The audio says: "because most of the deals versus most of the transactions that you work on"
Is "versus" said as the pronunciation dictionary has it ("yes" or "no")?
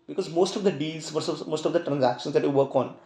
no